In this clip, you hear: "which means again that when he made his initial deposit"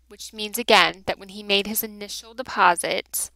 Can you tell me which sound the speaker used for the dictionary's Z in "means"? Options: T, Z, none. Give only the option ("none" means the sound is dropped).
Z